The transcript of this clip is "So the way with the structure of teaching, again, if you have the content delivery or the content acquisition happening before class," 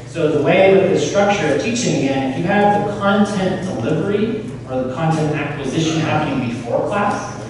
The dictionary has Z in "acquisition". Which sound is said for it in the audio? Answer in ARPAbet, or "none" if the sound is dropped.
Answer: Z